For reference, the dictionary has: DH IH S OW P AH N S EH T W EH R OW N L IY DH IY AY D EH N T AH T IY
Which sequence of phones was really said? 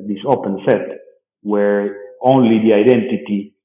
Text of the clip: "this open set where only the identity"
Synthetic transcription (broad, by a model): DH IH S OW P AH N S EH T W EH R OW N L IY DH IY AY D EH N T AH T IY